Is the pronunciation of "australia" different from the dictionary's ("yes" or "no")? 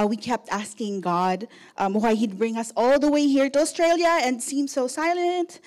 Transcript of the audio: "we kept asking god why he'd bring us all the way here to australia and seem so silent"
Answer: no